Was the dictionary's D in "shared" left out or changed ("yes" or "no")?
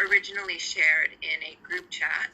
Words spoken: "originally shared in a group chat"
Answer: no